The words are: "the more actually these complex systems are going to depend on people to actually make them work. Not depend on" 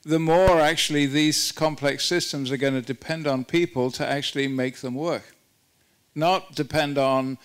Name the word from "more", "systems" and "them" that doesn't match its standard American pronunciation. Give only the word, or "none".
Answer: none